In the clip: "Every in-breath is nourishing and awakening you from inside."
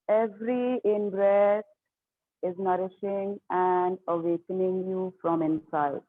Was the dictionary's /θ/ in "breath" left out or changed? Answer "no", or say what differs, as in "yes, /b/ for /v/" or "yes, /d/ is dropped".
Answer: yes, /s/ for /θ/